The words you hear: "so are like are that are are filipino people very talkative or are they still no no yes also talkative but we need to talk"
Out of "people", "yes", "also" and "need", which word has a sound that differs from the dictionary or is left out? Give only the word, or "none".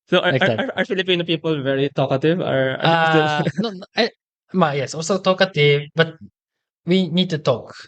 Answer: none